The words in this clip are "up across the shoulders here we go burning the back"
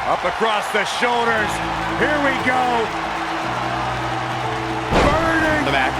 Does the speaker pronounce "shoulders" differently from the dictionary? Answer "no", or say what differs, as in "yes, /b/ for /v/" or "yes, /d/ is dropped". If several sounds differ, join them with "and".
no